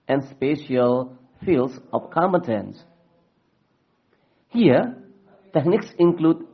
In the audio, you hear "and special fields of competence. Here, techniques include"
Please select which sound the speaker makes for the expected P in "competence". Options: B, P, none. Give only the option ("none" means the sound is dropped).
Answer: none